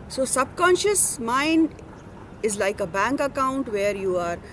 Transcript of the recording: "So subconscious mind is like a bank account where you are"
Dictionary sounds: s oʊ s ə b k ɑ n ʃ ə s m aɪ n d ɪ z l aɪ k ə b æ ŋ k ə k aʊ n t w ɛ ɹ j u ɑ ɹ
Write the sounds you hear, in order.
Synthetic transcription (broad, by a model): s oʊ s ə b k ɑ n ʃ ə s m aɪ n d ɪ z l aɪ k ə b æ ŋ k ə k aʊ n t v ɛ ɹ j u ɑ ɹ